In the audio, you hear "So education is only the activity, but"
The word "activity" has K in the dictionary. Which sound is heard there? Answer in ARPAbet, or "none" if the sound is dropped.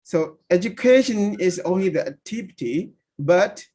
none